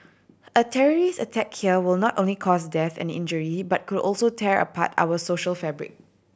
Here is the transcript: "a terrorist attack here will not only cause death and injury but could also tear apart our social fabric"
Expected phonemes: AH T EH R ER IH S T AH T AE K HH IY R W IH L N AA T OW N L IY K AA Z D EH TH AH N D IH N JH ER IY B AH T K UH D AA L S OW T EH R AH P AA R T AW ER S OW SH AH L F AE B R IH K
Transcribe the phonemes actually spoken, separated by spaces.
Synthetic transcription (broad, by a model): AH T EH R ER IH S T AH T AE K HH IY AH W IH L N AA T OW N L IY K AA S D EH TH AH N IH N JH ER IY B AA T K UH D AA L S OW T EH R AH P AA T AW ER S OW SH AH L F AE B R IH K